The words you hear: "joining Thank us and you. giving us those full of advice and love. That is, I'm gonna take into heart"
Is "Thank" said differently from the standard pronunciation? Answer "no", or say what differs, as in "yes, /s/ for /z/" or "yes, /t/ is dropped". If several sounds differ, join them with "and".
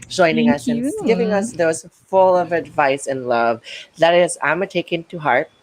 yes, /k/ is dropped